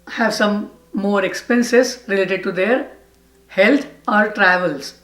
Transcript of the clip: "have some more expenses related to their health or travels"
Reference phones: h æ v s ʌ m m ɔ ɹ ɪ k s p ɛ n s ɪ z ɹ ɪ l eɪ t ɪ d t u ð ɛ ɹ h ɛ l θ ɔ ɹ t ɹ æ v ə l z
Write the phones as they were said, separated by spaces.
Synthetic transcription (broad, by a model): h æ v s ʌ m m ɔ ɹ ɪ k s p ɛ n s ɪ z ɹ ɪ l eɪ t ɪ d t u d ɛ ɹ h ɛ l t ɔ ɹ t ɹ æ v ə l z